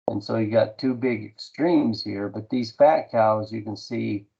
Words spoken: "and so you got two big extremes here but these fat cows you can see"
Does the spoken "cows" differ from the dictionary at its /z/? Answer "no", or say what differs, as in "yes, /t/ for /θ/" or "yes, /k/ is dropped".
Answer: no